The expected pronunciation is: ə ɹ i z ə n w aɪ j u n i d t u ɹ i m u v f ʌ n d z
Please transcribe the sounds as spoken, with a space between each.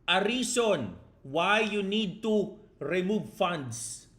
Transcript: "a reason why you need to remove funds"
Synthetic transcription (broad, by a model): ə ɹ i s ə n w aɪ j u n i d t u ɹ i m u v f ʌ n d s